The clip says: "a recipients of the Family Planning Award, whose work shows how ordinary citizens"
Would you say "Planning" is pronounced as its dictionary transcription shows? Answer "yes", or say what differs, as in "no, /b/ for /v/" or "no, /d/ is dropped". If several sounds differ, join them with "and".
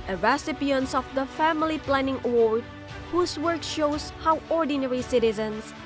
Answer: yes